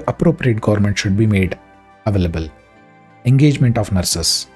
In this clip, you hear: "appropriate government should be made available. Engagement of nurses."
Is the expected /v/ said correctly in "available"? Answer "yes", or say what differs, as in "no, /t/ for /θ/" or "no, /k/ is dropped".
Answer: yes